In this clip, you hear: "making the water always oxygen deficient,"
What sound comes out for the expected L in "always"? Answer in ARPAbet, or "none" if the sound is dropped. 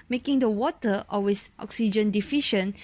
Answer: none